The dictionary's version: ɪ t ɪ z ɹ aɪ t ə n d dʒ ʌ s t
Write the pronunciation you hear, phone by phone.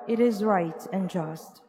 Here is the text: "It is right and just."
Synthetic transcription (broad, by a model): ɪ t ɪ z ɹ aɪ t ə n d dʒ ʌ s t